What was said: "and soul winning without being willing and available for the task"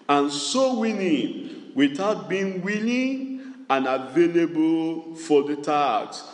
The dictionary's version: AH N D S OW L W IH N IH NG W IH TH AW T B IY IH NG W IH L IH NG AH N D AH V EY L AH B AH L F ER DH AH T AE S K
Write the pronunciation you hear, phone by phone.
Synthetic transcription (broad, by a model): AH N S OW W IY L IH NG W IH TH AW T B IY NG W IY L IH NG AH N AH V EY L AH B AH L F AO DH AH T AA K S